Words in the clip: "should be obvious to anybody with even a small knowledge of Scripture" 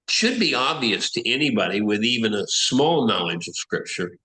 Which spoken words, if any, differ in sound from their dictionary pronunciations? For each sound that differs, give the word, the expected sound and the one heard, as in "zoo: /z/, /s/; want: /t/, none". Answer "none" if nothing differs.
none